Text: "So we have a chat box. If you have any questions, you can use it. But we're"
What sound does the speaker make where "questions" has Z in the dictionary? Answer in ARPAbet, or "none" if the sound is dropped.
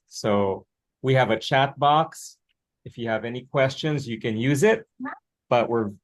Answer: Z